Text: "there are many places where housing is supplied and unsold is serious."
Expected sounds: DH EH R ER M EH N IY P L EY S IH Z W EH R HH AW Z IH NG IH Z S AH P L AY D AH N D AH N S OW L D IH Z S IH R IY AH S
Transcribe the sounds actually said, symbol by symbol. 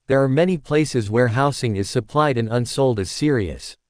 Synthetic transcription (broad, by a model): DH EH R M EH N IY P L EY S IH Z W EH R HH AW S IH NG IH Z S AH P L AY D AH N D AH N S OW L D IH Z S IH R IY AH S